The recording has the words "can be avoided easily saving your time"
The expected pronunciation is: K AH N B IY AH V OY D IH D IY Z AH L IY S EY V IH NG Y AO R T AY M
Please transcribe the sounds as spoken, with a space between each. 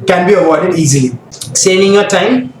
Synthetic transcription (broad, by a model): K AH N B IY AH W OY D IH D IY Z AH L IY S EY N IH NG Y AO T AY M